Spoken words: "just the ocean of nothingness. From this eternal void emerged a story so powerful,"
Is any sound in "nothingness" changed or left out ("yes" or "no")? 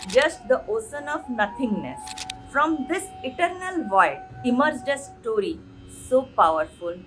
yes